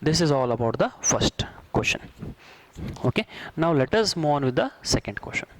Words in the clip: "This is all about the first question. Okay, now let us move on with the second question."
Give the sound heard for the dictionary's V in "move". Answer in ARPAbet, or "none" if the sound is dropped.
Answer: none